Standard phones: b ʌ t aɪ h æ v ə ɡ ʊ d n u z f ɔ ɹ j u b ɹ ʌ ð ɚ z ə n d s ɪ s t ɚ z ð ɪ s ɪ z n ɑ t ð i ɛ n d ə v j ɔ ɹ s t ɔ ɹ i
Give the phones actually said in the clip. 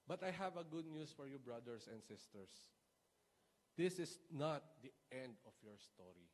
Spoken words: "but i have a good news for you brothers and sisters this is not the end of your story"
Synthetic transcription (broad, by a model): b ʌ t aɪ h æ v ə ɡ ʊ d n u s f ɔ ɹ j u b ɹ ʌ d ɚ s ə n d s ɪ s t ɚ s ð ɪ s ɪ s n ɑ t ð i ɛ n d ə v j ɔ ɹ s t ɔ ɹ i